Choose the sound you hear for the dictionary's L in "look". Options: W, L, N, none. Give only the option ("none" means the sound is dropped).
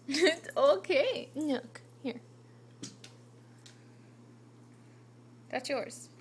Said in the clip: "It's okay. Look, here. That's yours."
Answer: N